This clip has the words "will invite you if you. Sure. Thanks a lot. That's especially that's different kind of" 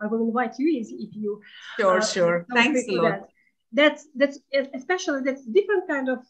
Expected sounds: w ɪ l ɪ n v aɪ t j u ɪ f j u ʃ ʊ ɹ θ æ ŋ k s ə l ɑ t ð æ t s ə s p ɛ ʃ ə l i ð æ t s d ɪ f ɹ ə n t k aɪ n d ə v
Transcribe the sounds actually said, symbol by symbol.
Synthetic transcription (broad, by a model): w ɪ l ɪ n v aɪ t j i ɪ f j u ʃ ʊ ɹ s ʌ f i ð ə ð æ t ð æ t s ə s p ɛ ʃ ə l i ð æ t s d ɪ f ɹ ə n t k aɪ n d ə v